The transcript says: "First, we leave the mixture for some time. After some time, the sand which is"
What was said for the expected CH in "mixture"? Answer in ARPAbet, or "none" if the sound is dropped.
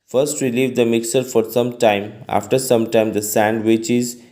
none